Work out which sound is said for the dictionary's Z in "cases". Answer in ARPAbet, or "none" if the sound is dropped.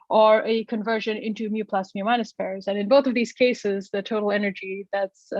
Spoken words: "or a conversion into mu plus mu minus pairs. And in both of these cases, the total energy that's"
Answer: Z